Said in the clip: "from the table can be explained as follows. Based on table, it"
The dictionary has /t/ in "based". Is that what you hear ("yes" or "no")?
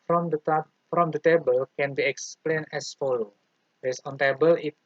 no